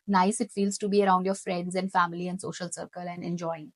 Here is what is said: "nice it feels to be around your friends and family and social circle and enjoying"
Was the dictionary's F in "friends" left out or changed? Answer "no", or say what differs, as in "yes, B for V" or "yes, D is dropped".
no